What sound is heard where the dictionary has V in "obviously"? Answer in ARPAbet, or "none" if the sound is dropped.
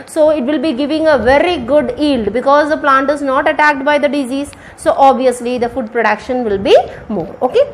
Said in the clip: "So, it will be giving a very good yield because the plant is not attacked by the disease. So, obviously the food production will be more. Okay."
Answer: V